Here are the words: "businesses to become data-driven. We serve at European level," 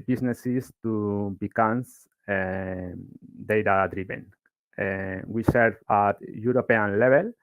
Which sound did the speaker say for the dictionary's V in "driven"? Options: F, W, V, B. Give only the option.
B